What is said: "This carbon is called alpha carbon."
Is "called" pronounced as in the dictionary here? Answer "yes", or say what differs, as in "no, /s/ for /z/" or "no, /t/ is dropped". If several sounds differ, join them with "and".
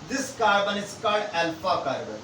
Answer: no, /l/ is dropped